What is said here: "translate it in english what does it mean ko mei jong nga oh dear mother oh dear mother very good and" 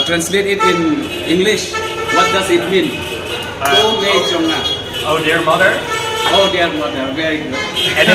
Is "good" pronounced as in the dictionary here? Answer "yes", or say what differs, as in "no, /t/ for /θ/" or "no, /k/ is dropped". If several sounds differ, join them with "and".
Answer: no, /d/ is dropped